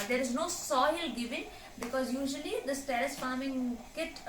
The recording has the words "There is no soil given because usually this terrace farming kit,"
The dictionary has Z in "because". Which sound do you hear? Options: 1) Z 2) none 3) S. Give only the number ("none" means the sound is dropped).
1